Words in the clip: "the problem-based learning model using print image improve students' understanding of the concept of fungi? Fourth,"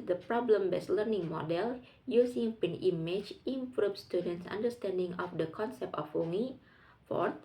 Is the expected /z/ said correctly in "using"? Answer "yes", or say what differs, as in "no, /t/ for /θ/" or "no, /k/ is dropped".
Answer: no, /s/ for /z/